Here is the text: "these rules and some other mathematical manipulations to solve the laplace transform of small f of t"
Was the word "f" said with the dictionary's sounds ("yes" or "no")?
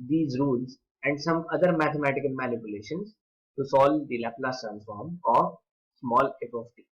no